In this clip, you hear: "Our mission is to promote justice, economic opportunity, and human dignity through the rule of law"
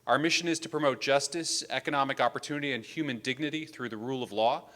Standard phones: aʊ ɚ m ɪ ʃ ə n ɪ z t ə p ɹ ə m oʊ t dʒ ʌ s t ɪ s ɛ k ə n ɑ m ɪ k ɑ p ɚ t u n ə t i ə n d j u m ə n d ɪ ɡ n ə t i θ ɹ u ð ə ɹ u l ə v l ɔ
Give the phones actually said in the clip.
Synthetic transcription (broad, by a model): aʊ ɚ m ɪ ʃ ə n ɪ z t ə p ɹ ə m oʊ t dʒ ʌ s t ɪ s ɛ k ə n ɑ m ɪ k ɑ p ɚ t u n ə t i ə n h j u m ə n d ɪ ɡ n ə t i θ ɹ u ð ə ɹ u l ə v l ɔ